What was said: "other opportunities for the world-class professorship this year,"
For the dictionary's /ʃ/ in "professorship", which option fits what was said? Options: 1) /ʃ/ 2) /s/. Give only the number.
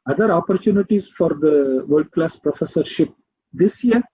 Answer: 1